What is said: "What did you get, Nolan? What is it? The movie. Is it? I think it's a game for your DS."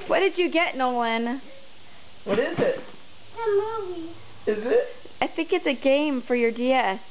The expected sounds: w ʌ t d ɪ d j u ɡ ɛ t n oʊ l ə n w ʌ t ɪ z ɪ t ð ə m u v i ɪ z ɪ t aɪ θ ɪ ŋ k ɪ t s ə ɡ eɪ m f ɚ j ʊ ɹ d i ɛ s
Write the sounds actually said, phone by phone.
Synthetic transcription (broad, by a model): w ʌ t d ɪ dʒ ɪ ɡ ɛ t n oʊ w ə n w ʌ t ɪ z ɪ t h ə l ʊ w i ɪ z ɪ t aɪ θ ɪ ŋ k ɪ t s ə ɡ eɪ m f ɚ j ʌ ɹ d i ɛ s